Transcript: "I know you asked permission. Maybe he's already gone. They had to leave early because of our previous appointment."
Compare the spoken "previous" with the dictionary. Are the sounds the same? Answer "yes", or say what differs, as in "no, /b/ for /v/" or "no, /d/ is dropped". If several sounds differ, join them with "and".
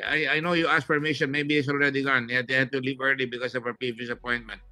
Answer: no, /ɹ/ is dropped